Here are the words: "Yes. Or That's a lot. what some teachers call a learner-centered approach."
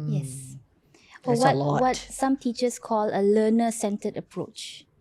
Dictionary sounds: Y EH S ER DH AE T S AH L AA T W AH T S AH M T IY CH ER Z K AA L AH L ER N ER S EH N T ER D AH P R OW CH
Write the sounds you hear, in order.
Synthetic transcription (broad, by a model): Y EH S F AH W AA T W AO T S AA M T IY CH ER S K AA L AH L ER N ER S EH N T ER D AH P R OW CH